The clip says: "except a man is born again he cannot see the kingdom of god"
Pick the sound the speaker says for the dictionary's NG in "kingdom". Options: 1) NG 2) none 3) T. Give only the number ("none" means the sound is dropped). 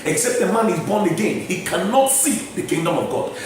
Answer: 1